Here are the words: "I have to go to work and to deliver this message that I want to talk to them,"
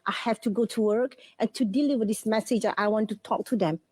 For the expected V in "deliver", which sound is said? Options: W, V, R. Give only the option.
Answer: W